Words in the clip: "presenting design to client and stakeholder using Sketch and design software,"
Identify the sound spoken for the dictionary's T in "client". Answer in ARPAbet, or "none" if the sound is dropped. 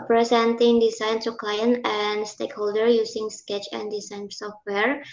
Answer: none